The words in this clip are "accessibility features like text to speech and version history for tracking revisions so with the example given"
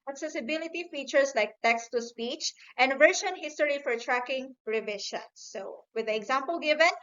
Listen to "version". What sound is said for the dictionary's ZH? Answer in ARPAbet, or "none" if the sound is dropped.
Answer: SH